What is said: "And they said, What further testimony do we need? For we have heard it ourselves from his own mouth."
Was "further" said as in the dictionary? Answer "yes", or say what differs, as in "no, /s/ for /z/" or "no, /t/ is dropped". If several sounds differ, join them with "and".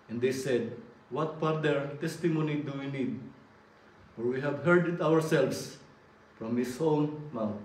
no, /p/ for /f/